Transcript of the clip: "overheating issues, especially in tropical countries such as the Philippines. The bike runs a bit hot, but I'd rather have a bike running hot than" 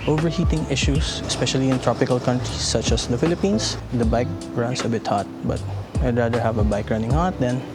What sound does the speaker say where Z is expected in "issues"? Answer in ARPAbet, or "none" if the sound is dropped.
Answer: S